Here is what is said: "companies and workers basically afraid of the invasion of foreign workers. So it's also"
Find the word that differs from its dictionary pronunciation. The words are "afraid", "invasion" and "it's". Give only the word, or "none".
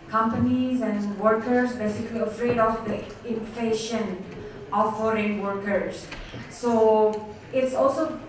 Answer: invasion